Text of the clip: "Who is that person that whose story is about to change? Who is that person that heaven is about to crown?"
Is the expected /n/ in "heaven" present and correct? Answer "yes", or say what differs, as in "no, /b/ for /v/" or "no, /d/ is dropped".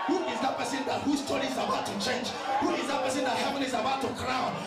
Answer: no, /l/ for /n/